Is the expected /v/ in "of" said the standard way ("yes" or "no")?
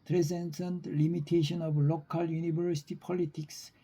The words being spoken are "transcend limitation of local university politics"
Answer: no